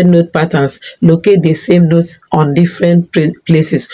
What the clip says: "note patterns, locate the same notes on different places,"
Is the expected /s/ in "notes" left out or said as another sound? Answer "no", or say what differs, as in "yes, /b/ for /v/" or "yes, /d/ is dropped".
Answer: no